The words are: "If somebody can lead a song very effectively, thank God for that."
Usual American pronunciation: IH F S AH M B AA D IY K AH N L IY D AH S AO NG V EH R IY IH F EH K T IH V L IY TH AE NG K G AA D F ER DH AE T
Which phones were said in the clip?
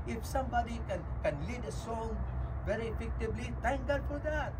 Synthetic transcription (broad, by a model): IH F S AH M B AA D IY K AH N L IY D AH S AO NG V EH R IY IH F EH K T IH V L IY T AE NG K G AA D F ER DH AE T